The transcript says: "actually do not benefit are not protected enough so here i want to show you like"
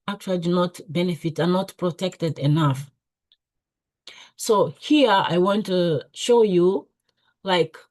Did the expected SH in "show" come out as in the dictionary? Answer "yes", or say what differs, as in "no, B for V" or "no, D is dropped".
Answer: yes